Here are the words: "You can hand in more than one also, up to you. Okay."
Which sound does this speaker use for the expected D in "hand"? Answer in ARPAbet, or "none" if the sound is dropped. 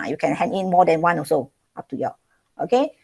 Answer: none